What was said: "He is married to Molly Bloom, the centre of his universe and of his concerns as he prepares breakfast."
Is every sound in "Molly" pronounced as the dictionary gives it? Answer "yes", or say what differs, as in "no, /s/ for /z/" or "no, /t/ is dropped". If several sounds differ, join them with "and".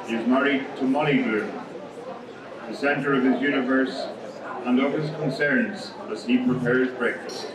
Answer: no, /n/ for /l/